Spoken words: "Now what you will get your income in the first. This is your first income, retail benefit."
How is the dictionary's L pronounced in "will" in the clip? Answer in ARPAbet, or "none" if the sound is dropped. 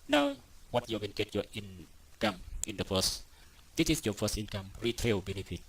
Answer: N